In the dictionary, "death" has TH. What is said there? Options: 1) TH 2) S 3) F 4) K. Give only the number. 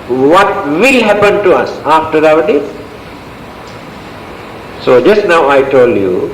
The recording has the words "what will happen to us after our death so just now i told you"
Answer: 2